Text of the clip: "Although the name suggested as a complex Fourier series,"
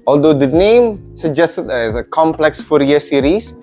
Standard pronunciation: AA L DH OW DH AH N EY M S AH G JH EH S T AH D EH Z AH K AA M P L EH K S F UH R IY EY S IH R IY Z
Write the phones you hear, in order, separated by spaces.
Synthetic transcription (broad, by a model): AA L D OW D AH N EY M S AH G JH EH S T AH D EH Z AH K AA M P L EH K S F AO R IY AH S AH R IY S